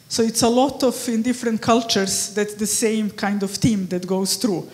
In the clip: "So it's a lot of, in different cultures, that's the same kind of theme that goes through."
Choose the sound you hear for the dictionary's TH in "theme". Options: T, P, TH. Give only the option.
T